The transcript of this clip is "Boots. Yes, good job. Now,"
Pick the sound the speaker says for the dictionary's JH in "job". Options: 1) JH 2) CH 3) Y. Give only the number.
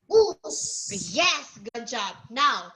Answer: 1